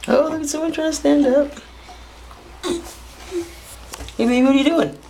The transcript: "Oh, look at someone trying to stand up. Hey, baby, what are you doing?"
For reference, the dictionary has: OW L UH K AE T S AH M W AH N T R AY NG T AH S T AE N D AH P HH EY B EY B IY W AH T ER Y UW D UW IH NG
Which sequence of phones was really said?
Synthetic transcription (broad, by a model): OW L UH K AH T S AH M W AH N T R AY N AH S T AE N D AH P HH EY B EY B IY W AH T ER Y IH D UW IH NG